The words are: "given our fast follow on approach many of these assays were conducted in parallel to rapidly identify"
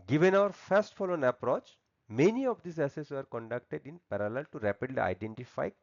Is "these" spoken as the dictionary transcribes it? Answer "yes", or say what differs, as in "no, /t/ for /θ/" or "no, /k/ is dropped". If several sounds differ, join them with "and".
no, /s/ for /z/